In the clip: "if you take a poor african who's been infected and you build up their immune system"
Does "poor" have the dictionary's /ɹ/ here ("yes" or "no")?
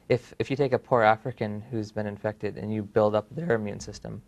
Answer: yes